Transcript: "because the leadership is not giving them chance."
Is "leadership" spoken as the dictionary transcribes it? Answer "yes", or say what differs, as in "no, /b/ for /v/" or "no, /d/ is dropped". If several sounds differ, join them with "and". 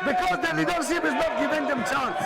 no, /n/ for /l/ and /s/ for /ʃ/